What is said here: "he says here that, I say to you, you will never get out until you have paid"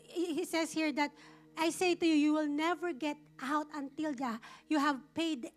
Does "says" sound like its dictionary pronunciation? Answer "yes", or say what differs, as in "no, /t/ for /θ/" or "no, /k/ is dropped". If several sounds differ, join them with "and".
no, /s/ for /z/